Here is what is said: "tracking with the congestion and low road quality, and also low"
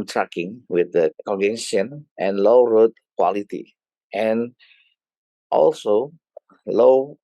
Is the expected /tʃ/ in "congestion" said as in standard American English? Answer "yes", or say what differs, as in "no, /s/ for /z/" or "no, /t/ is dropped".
no, /tʃ/ is dropped